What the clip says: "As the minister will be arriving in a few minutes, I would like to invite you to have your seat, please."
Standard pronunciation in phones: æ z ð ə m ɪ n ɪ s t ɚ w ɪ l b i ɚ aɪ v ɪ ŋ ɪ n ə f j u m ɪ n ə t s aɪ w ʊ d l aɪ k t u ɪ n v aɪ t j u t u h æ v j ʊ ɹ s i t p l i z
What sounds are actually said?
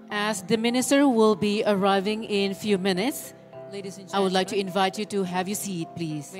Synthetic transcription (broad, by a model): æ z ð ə m ɪ n ɪ s t ɚ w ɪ l b i ɚ aɪ v ɪ ŋ ɪ n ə f j u m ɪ n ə t s aɪ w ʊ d l aɪ k t u ɪ n v aɪ t j u t u h æ v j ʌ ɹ s i t p l i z